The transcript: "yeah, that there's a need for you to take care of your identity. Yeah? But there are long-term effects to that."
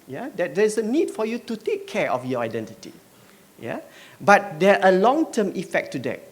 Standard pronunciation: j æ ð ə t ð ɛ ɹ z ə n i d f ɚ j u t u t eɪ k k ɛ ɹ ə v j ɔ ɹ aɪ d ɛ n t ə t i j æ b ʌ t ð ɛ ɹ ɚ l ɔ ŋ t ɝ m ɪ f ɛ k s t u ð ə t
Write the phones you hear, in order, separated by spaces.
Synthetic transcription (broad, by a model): j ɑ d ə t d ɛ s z ə n i d f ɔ j u t u t eɪ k k ɛ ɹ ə f j ɔ aɪ d ɛ n t ə t i j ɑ b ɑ t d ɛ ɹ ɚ l ɔ ŋ t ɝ m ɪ f ɛ k t u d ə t